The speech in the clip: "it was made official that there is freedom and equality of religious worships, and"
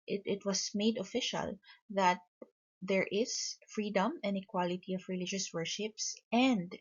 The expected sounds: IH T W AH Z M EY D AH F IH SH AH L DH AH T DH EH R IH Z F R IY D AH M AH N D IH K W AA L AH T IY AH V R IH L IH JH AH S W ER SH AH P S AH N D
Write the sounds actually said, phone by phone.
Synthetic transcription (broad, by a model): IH T W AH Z M EY D AH F IH SH AH L DH AH T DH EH R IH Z F R IY D AH M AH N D IH K W AA L AH T IY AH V R IH L IH JH AH S W ER SH AH P S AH N D